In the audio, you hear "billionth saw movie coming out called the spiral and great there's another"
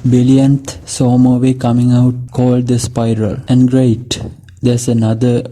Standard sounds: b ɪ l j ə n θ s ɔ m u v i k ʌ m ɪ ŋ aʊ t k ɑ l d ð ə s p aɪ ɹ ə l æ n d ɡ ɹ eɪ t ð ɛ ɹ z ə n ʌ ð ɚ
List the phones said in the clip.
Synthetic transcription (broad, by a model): b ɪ l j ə n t s ɔ m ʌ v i k ʌ m ɪ ŋ aʊ t k ɑ l d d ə s p aɪ ɹ ə l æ n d ɡ ɹ eɪ t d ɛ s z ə n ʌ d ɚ